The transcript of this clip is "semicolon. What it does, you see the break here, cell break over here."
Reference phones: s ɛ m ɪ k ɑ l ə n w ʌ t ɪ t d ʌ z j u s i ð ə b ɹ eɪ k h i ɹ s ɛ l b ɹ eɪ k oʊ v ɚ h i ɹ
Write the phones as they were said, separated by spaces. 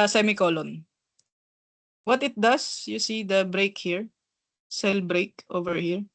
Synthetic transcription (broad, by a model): s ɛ m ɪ k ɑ l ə n w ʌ t ɪ t d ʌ s j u s i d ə b ɹ eɪ k h i ɹ s ɛ l b ɹ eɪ k oʊ v ɚ h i ɹ